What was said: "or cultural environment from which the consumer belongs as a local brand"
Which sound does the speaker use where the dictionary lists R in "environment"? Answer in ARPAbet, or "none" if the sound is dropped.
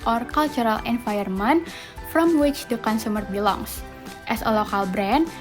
none